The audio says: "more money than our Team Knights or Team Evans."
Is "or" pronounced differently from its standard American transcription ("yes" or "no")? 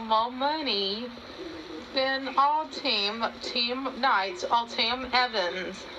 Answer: yes